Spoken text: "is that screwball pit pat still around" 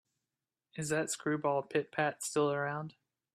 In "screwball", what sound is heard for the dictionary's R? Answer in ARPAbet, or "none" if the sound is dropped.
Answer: R